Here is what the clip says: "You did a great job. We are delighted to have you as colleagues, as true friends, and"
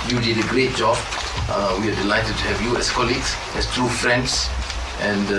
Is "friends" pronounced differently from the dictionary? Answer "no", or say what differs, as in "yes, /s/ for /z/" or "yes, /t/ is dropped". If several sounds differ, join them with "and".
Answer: yes, /s/ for /z/